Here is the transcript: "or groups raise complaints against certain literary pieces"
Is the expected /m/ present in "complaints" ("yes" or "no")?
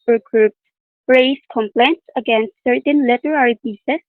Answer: yes